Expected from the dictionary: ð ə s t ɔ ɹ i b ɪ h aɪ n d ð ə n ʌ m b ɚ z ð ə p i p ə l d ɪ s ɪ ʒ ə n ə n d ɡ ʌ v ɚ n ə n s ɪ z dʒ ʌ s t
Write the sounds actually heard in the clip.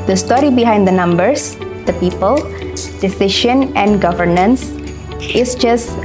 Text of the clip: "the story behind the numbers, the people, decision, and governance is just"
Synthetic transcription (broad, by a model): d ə s t ɔ ɹ i b ɪ h aɪ n d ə n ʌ m b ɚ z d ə p i p ə l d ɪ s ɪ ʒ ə n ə n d ɡ ʌ v ɚ n ə n s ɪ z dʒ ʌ s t